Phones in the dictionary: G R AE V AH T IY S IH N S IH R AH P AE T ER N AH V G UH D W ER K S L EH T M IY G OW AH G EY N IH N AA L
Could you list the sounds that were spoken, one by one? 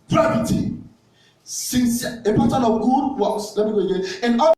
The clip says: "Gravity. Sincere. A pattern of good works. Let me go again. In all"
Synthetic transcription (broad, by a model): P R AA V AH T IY S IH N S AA AH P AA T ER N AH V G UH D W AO S L EH T M IY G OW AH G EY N IH N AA